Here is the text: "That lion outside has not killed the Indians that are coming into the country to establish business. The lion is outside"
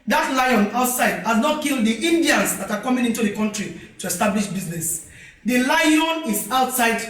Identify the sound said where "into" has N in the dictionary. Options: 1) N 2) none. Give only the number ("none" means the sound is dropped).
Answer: 1